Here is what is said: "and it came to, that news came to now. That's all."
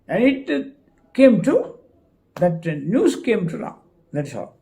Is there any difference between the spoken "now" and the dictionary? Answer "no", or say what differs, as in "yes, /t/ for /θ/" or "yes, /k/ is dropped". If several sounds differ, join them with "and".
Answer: yes, /l/ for /n/